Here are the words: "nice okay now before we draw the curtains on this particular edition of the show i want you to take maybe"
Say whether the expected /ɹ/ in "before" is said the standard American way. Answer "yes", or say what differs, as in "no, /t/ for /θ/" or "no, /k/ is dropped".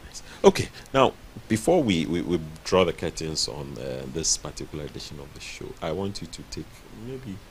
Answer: no, /w/ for /ɹ/